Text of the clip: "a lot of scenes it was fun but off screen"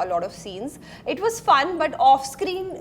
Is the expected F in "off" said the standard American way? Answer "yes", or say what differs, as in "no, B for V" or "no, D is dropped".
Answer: yes